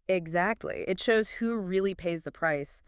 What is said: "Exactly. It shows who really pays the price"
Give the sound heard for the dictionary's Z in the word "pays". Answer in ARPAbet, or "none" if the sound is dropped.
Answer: Z